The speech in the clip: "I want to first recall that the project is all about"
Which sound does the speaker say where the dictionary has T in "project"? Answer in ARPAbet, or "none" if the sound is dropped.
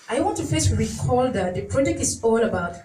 none